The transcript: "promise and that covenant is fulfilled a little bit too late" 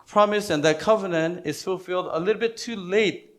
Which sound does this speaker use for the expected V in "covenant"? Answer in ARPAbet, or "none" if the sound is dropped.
V